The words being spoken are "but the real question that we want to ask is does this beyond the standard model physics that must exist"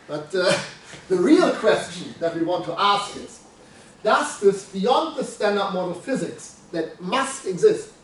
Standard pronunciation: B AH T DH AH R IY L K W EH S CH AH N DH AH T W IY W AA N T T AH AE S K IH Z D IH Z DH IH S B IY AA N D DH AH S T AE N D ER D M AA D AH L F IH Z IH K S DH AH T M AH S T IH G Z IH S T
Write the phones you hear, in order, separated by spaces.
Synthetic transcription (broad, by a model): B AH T DH AH R IY L K W EH S CH AH N DH AH T W IY W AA N T T AE S K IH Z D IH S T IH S B IY AA N D DH AH S T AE N D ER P M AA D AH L F IH Z IH K S DH AH T M AH S T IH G Z IH S T